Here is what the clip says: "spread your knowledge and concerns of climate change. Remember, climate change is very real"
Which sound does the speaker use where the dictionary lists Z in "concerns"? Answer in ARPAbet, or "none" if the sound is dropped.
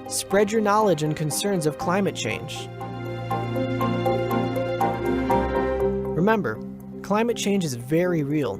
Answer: Z